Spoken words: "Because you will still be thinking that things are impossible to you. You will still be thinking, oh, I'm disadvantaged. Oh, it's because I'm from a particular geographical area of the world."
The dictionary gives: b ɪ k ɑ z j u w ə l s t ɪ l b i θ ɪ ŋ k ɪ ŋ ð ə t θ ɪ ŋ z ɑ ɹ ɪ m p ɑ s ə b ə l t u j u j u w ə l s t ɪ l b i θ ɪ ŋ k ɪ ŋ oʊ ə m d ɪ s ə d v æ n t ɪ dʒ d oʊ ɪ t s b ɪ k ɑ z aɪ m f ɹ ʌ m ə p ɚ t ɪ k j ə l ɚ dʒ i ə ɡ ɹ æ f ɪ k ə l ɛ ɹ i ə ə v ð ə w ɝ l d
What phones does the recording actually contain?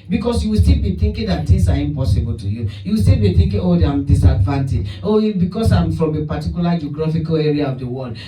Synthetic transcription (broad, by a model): b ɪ k ɑ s j u w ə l s t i l b i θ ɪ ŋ k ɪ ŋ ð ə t t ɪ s ɑ ɹ ɪ m p ɑ s ə b ə l t u j u j u w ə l s t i l b i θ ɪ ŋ k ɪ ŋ oʊ ə m d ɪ s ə d v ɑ n t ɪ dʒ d oʊ b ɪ k ɑ s aɪ m f ɹ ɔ m ə p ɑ t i k j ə l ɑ dʒ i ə ɡ ɹ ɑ f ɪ k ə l ɛ ɹ i ə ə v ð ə w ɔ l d